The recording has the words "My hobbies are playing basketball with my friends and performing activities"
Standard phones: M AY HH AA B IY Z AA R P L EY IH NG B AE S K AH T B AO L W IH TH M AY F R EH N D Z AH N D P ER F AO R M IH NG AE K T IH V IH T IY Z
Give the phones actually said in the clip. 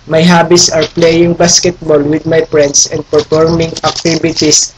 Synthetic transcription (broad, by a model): M AY HH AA B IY S AA R P L EY IH NG B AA S K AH T B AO L W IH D M AY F R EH N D S AH N D P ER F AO R M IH NG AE K T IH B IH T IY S